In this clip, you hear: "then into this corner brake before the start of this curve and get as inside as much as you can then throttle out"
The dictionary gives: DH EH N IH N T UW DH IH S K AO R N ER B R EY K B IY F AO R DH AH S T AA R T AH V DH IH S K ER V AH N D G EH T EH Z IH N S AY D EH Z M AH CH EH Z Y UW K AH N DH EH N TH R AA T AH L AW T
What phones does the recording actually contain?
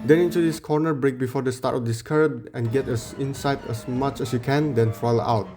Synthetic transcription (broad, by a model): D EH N IH N T UW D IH S K AO R N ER B R EY K B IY F AO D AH S T AA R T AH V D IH S K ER B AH N G EH T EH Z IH N S AY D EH S M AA CH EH S Y UW K AH N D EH N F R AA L AW T